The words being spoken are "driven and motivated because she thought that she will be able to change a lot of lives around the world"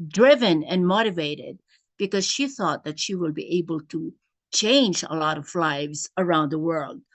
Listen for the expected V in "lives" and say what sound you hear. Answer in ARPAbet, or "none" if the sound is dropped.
V